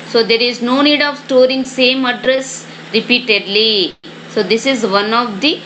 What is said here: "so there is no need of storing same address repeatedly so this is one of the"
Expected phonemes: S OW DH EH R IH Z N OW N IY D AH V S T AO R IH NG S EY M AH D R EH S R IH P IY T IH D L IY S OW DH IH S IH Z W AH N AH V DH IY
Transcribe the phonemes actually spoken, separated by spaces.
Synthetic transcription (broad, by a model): S OW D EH R IH Z N OW N IY D AH V S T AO R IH NG S EY M AH D R EH S R IH P IY T IH D L IY S OW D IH S IH Z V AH N AH V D IY